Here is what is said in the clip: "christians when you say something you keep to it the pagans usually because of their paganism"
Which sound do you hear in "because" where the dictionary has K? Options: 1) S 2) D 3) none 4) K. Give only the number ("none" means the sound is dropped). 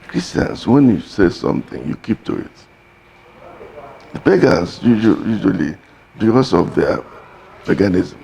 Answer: 3